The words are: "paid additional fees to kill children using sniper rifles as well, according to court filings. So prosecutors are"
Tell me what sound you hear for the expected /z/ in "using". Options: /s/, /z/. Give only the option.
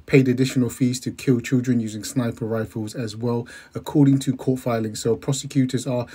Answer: /z/